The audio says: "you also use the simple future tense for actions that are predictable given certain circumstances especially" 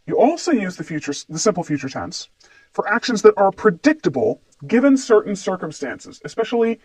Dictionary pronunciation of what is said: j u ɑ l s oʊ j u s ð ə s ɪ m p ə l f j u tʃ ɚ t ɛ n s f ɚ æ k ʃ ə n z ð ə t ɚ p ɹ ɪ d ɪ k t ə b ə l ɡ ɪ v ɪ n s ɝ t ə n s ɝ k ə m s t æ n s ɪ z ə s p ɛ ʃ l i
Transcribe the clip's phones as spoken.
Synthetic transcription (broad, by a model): j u ɑ l s oʊ j u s ð ə s ɪ m p l f j u tʃ ɚ t ɛ n s f ɚ æ k ʃ ə n z ð ə t ɚ p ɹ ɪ d ɪ k t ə b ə l ɡ ɪ v ɪ n s ɝ t n s ɝ k ə m s t æ n s ɪ z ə s p ɛ ʃ l i